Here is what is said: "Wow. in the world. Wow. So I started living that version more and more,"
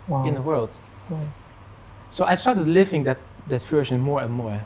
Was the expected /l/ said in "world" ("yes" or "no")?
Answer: yes